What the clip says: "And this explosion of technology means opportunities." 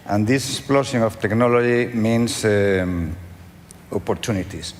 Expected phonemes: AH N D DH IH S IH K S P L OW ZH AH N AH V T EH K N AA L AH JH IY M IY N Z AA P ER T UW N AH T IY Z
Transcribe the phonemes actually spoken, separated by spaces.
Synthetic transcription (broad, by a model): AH N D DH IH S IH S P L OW S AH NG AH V T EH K N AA L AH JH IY M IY N S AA P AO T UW N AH T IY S